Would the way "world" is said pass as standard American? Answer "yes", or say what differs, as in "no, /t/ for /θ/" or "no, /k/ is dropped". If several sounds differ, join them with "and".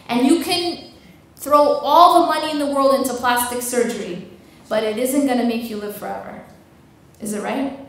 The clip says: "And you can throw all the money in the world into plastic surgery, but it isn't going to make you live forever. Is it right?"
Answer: yes